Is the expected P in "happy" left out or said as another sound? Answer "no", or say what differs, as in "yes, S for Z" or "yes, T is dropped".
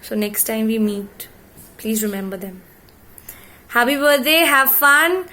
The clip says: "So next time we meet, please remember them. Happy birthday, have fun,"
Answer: yes, P is dropped